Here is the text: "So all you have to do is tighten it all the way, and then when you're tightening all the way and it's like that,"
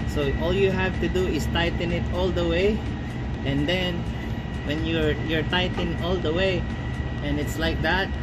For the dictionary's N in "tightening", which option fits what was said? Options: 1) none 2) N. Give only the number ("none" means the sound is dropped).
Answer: 1